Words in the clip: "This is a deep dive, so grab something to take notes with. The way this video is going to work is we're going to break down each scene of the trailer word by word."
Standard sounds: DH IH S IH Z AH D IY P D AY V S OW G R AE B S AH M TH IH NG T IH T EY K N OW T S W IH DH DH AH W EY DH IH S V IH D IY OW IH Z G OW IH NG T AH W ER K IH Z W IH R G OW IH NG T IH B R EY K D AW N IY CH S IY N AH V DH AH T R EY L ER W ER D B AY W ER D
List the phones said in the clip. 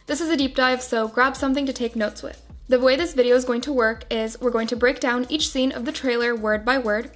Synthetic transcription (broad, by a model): DH IH S IH Z AH D IY P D AY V S OW G R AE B S AH M TH IH NG T IH T EY K N OW T S W IH DH DH AH W EY DH IH S V IH D IY OW IH Z G OW IH NG T AH W ER K IH Z W IH R G OW IH NG T IH B R EY K D AW N IY CH S IY N AH V DH AH T R EY L ER W ER D B AY W ER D